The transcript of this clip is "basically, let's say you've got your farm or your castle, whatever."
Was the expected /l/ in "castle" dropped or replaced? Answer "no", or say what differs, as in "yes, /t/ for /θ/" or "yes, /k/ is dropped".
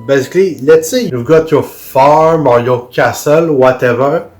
no